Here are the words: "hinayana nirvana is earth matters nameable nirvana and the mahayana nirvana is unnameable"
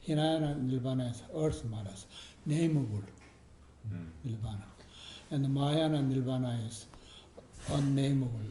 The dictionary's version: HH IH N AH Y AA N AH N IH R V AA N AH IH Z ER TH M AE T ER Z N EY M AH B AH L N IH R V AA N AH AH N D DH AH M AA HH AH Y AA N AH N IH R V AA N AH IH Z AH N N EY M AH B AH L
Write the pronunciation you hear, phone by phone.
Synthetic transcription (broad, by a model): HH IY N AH Y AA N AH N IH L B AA N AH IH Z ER S M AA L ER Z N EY M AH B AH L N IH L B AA N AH AH N D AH M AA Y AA N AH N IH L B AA N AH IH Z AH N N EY M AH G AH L